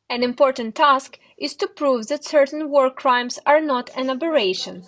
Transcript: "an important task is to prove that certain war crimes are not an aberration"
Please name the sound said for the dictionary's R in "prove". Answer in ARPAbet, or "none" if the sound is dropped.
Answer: R